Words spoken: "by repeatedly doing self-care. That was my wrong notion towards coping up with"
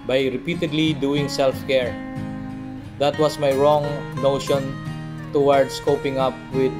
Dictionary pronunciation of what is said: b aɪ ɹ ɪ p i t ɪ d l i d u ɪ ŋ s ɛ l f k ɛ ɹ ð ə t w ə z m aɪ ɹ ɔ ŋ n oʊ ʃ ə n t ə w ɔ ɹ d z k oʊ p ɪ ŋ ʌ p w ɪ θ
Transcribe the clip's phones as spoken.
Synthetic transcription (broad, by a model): b aɪ ɹ ɪ p i t ɪ d l i d u ɪ ŋ s ɛ l f k ɛ ɹ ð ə t w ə s m aɪ ɹ ɔ ŋ n oʊ ʃ ə n t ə w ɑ ɹ d s k oʊ p ɪ ŋ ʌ p w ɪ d